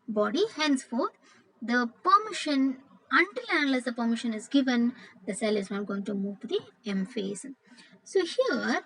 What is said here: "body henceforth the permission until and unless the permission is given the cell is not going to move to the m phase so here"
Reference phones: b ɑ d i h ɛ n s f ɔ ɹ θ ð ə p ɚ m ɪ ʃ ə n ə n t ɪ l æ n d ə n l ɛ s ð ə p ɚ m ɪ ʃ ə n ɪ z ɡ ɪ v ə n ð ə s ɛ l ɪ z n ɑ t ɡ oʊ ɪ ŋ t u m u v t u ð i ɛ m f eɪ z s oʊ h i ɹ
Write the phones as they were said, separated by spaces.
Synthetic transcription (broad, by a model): b ɑ d i h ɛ n s f ɔ ɹ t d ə p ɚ m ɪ ʃ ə n ə n t ɪ l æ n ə l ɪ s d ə p ɚ m ɪ ʃ ə n ɪ z ɡ ɪ v ə n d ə s ɛ l ɪ z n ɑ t ɡ oʊ ɪ ŋ t u m u v t u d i ɛ m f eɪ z s oʊ h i ɹ